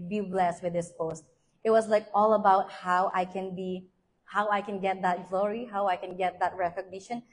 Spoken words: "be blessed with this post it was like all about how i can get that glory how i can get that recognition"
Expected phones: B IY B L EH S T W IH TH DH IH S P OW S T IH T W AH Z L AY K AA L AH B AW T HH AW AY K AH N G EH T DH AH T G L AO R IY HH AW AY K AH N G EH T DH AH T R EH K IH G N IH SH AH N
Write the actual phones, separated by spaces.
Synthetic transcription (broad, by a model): B IY B L EH S T W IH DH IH S P OW S T IH T W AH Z L AY K AA L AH B AW T HH AW AY K AH N G EH T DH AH T G L AO R IY HH AW AY K AH N G EH T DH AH T R EH K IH G N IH SH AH N